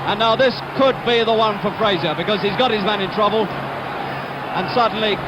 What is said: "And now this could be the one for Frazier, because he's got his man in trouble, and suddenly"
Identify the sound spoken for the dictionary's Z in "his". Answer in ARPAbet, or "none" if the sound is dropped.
Z